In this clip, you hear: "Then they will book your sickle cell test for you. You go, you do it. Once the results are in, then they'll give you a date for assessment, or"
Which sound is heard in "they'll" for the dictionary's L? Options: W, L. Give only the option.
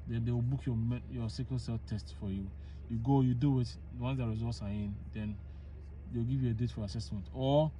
W